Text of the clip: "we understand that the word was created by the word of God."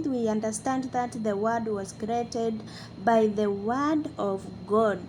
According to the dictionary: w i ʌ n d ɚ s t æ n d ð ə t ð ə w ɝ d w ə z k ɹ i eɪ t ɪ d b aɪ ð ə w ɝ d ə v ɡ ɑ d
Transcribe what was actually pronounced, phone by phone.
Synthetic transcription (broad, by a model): w i ʌ n d ɚ s t æ n d ð ə t ð ə w ɝ d w ə z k ɹ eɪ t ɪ d b aɪ ð ə w ɝ d ə v ɡ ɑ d